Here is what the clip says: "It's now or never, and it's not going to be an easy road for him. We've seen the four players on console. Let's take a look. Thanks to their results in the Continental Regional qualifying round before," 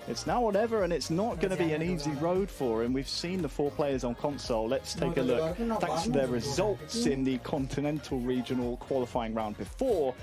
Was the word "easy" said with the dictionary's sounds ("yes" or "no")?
yes